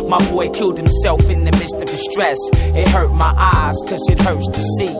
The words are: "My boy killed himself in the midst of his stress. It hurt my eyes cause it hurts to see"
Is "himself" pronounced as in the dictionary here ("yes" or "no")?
yes